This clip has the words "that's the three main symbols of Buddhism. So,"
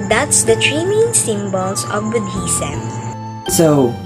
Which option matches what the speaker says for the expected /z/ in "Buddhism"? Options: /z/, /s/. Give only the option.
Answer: /s/